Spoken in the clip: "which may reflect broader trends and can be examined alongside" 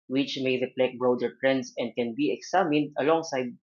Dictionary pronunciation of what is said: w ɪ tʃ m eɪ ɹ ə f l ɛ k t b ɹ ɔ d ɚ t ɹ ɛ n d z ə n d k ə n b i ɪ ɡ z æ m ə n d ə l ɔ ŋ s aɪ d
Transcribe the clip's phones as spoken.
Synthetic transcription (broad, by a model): w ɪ tʃ m eɪ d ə p l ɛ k b ɹ ɔ d ɚ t ɹ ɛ n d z ə n d k ə n b i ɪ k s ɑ m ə n d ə l ɔ ŋ s aɪ d